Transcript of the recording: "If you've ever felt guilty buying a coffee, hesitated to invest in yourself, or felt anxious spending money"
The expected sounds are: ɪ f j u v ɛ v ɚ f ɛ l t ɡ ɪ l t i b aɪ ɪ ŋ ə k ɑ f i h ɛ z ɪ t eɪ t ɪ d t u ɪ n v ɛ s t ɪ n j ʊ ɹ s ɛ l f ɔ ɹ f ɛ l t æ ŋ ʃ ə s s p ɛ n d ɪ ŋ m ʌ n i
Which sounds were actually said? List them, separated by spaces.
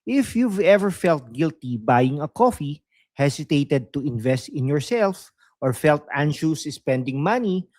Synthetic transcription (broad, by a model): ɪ f j u v ɛ v ɚ f ɛ l t ɡ ɪ l t i b aɪ ɪ ŋ ə k ɑ f i h ɛ s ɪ t eɪ t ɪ d t u ɪ n v ɛ s t ɪ n j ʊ ɹ s ɛ l f ɔ ɹ f ɛ l t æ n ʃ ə s s p ɛ n d ɪ ŋ m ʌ n i